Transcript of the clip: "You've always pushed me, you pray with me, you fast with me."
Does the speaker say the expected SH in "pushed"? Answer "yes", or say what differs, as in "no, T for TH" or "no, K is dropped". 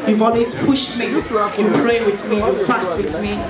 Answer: yes